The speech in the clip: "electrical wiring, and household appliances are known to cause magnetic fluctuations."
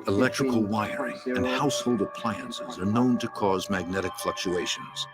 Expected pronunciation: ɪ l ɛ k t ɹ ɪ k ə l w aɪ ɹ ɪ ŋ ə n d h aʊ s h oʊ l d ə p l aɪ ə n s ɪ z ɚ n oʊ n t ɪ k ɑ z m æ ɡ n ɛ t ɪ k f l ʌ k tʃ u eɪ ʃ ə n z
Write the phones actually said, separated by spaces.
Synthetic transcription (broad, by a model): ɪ l ɛ k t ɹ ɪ k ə l w aɪ ɹ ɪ ŋ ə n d h aʊ s h oʊ l d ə p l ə n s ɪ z ɚ n oʊ n t ɪ k ɑ z m æ ɡ n ɛ t ɪ k f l ʌ k tʃ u eɪ ʃ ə n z